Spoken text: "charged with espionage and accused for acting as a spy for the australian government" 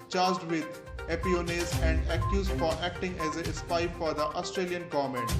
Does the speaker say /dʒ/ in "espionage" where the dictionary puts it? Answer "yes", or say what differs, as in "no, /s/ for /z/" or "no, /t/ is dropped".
no, /z/ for /dʒ/